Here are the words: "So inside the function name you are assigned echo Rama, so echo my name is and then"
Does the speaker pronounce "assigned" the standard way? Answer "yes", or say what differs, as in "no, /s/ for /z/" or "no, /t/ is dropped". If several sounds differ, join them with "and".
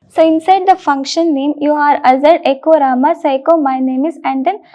no, /n/ is dropped